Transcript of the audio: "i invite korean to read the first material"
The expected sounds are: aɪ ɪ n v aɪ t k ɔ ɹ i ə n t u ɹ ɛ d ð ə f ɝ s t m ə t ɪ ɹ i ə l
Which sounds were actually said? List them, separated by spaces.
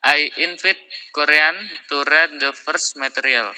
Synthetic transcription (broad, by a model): aɪ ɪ n f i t k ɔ ɹ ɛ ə n t u ɹ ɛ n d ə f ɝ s m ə t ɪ ɹ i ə l